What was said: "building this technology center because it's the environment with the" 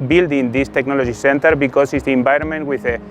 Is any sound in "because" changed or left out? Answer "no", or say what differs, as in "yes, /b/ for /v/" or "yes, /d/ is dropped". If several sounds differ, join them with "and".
yes, /s/ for /z/